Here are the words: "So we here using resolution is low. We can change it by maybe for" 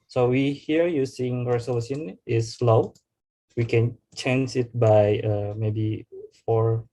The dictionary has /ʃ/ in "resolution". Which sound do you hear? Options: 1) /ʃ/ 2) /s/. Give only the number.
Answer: 2